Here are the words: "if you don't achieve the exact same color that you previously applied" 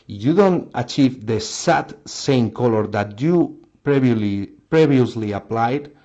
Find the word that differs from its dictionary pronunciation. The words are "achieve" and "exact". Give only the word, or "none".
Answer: exact